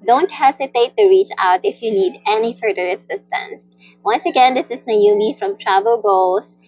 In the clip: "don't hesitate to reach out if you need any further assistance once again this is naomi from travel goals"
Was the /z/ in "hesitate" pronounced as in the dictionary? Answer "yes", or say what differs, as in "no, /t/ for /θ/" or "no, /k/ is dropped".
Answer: no, /s/ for /z/